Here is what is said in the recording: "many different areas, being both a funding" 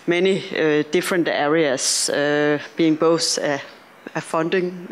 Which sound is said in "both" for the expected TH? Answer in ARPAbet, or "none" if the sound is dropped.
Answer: S